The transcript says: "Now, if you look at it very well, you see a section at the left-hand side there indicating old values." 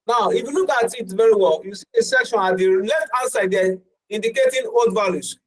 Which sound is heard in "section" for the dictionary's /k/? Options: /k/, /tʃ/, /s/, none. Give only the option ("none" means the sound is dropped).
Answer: /k/